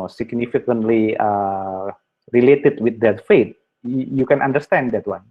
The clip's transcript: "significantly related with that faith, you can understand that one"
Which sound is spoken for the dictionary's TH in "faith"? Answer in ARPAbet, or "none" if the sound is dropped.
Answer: T